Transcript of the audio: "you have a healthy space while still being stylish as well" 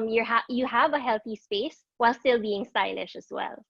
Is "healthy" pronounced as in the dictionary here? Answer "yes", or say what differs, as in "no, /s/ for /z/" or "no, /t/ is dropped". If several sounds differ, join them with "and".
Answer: yes